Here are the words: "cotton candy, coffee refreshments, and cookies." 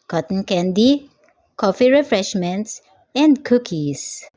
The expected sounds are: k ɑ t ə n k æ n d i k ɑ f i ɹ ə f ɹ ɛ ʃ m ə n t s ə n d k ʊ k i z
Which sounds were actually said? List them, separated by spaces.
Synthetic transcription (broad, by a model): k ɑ t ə n k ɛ n d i k ɑ f i ɹ ə f ɹ ɛ ʃ m ə n t s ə n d k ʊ k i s